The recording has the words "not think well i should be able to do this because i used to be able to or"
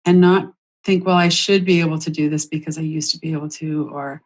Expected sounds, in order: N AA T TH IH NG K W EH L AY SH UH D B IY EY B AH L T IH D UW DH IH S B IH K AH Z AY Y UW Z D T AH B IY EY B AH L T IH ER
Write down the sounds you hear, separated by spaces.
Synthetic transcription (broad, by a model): N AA T TH IH NG K W EH L AY SH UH D B IY EY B L T IH D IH DH IH S B IH K AH Z AY Y UW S T AH B IY EY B L T IH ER